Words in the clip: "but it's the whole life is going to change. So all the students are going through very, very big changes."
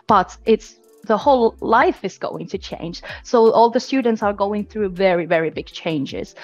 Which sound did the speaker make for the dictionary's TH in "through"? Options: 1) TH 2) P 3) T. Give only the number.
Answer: 1